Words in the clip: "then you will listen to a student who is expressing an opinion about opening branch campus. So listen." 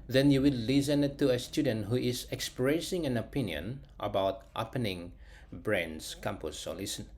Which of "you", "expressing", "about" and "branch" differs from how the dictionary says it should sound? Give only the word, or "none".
branch